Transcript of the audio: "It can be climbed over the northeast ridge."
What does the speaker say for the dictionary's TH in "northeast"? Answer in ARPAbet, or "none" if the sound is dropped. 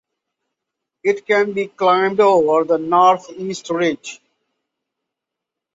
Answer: T